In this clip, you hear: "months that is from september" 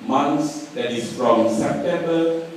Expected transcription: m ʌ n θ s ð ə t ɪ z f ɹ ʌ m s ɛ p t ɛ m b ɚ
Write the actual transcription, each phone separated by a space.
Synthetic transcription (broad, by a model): m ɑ n s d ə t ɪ s f ɹ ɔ m s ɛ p t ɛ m b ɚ